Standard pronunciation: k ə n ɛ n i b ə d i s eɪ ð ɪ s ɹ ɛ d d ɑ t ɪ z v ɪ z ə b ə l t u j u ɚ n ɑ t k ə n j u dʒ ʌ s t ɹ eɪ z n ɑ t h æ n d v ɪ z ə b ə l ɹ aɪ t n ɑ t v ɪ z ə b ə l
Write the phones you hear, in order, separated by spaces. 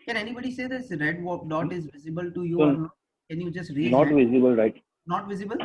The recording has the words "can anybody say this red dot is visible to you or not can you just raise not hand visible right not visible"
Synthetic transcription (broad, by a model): k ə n ɛ n i b ə d i s eɪ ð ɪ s ɹ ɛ d d ɑ t ɪ z v ɪ z ə b ə l t u j u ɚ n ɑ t k ə n j u dʒ ʌ s t ɹ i n ɑ t v ɪ z ə b ə l ɹ aɪ t n ɑ t v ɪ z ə b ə l